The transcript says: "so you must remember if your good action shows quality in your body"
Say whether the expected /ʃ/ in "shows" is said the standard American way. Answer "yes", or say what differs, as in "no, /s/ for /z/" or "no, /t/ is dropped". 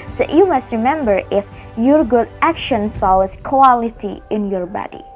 no, /s/ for /ʃ/